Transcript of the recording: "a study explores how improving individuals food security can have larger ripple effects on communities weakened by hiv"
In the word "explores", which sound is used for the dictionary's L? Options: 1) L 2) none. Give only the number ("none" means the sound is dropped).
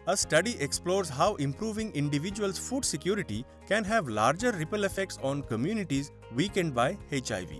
1